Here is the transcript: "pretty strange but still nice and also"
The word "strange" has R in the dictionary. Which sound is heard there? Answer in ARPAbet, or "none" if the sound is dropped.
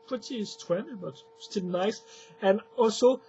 W